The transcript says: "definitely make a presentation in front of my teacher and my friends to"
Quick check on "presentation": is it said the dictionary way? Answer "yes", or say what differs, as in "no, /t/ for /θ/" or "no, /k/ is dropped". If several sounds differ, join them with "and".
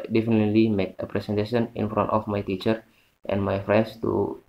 no, /s/ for /z/